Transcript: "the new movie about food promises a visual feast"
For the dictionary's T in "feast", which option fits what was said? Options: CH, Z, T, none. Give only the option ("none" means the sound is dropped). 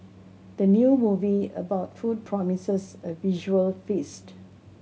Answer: T